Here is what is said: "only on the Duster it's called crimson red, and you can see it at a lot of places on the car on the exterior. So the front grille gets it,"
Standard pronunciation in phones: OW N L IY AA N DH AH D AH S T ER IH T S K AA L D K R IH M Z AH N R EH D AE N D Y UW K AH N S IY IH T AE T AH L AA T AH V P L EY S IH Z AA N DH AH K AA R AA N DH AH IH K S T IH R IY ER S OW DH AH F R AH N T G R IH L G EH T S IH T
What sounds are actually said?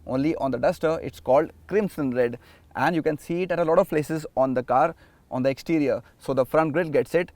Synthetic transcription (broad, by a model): OW N L IY AA N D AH D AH S T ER IH T S K AA L D K R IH M S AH N R EH D AE N D Y UW K AH N S IY IH T AE T AH L AA T AH V P L EY S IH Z AA N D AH K AA R AA N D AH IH K S T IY R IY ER S OW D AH F R AH N T G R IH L G EH T S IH T